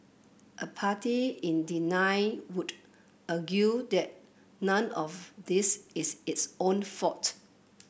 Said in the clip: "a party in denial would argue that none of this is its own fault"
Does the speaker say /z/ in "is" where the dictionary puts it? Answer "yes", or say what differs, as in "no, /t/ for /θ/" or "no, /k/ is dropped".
no, /s/ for /z/